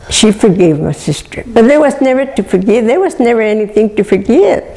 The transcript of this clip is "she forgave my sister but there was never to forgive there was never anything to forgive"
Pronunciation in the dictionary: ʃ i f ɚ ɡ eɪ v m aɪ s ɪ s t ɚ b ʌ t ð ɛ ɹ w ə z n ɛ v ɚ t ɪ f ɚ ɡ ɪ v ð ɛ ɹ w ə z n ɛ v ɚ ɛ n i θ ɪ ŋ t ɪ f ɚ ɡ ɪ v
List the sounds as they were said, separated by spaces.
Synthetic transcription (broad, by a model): ʃ i f ɚ ɡ eɪ v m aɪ s ɪ s t ɚ b ʌ t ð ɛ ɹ w ə z n ɛ v ɚ t ɪ f ɚ ɡ ɪ v ð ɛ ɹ w ə z n ɛ v ɚ ɛ n i θ ɪ ŋ t ɪ f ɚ ɡ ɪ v